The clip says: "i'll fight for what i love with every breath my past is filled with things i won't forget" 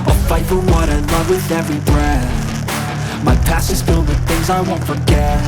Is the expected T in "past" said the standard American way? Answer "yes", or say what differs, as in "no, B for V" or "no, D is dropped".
no, T is dropped